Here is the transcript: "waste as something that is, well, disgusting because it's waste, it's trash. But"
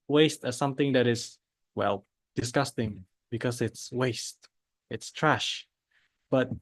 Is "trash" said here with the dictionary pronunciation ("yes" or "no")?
yes